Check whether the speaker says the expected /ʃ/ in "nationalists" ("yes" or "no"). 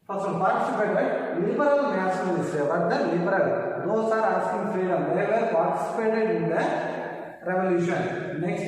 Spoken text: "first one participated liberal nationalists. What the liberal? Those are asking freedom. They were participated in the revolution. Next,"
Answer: no